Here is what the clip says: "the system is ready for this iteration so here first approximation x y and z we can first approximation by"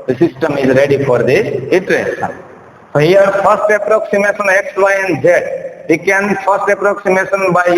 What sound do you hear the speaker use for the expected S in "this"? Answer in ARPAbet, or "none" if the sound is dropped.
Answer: none